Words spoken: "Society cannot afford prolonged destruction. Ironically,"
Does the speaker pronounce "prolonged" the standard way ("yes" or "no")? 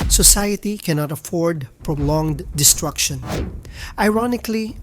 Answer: yes